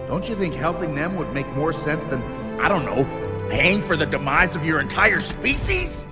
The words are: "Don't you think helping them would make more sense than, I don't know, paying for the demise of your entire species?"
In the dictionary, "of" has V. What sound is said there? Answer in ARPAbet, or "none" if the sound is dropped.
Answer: V